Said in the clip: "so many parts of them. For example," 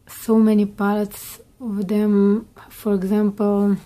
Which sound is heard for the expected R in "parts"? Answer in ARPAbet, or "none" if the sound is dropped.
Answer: L